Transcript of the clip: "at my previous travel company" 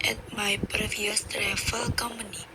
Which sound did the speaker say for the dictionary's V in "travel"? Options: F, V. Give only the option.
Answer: F